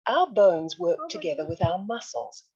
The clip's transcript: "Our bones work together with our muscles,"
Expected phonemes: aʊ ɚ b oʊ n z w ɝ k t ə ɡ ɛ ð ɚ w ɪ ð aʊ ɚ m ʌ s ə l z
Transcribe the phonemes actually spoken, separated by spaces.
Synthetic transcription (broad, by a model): aʊ ɚ b oʊ n z w ɝ k t ə ɡ ɛ ð ɚ w ɪ ð aʊ ɚ m ʌ s l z